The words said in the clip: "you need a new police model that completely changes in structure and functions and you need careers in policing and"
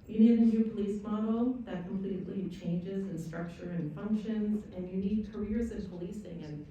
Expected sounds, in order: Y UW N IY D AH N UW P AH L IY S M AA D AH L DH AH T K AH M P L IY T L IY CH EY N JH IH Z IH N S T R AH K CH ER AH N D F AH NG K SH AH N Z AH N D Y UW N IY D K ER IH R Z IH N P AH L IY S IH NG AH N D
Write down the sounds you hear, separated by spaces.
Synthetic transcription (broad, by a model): Y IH N IY D AH N UW P AH L IY S M AA D L DH AH T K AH M P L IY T L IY CH EY N JH IH Z IH N S T R AH K CH ER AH N F AH NG K SH AH N Z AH N Y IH N IY D K ER IH R Z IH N P AH L IY S IH NG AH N